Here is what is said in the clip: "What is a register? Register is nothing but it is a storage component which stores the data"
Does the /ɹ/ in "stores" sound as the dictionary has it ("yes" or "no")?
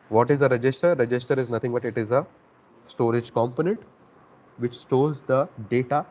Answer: no